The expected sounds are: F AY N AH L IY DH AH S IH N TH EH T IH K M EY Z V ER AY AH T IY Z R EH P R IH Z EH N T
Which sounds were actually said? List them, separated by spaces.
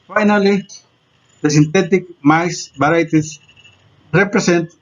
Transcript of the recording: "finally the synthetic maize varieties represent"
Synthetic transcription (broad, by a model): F AY N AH L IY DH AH S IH N T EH T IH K M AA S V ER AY T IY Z R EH P R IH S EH N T